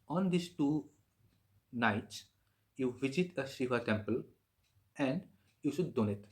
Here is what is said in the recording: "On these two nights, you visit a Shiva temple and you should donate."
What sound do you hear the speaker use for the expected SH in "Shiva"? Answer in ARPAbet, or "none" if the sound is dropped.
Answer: S